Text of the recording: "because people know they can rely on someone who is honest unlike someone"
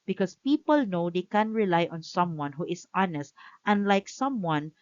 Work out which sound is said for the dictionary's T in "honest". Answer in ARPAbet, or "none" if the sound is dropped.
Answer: T